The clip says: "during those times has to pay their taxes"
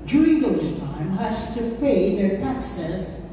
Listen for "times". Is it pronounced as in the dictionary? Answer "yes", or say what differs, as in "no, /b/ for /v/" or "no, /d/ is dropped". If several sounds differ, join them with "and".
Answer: no, /z/ is dropped